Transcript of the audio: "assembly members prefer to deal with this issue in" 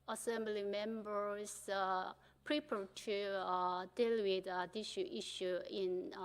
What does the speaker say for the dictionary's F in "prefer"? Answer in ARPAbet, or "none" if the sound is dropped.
P